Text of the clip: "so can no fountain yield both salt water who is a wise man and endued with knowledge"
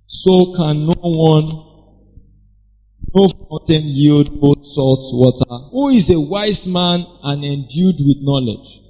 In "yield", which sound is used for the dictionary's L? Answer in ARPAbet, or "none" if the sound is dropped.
L